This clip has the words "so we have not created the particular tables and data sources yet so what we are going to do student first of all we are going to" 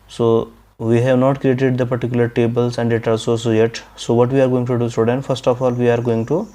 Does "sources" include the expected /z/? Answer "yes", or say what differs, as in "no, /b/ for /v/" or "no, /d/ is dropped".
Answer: no, /z/ is dropped